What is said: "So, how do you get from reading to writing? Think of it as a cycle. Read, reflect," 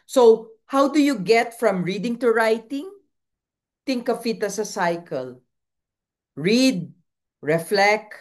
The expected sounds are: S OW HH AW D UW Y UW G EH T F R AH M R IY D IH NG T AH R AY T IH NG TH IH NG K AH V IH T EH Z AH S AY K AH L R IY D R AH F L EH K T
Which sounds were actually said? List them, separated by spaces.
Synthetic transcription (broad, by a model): S OW HH AW D UW Y UW G EH T F R AH M R IY D IH NG T AH R AY T IH NG T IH NG K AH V IH T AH S AH S AY K AH L R IY D R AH F L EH K